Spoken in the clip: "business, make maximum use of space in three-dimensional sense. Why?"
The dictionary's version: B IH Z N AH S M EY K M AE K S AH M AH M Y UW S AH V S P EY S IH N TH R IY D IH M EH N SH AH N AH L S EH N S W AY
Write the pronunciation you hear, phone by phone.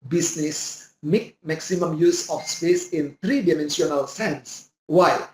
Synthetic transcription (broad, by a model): B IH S N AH S M EY K M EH K S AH M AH M Y UW S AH F S P EY S IH N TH R IY D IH M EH N S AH N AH L S EH N S W AY